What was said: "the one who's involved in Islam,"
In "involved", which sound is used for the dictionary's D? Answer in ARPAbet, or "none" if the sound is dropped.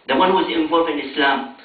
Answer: none